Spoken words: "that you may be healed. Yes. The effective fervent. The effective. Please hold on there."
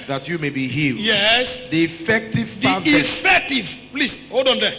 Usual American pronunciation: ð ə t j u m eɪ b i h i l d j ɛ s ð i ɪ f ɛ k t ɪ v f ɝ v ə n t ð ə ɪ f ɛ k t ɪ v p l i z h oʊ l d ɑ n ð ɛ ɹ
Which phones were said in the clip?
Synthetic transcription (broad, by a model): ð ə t j u m eɪ b i h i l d j ɛ s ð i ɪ f ɛ k t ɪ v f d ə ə ɪ f ɛ k t ɪ v p l i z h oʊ d ɑ n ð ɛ